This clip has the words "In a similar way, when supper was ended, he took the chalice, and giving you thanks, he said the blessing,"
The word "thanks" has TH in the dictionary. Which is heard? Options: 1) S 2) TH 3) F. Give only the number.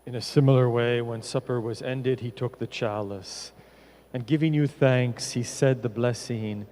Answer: 2